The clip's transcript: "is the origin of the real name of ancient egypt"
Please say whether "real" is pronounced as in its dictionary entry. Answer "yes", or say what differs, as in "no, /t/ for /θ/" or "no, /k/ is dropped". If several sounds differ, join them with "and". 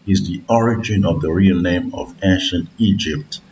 yes